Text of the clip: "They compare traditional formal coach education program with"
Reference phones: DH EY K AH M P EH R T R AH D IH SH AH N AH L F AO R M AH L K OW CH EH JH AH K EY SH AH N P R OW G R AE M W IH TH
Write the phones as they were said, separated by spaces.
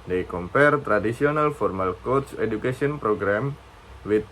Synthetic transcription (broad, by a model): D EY K AH M P EH R T R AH D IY S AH N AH L F AO R M AH L K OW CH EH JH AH K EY S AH N P R OW G R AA M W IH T